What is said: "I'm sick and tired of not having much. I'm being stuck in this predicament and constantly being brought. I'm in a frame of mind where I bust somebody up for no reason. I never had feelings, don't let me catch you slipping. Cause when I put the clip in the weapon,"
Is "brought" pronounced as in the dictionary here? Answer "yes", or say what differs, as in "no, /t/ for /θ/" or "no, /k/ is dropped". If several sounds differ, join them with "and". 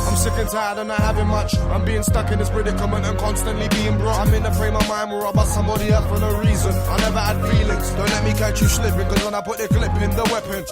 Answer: no, /t/ is dropped